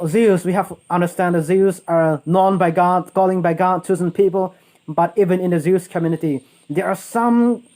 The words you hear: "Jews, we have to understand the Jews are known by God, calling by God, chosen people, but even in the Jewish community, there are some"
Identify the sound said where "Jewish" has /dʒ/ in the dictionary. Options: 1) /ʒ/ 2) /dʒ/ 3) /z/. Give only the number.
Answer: 3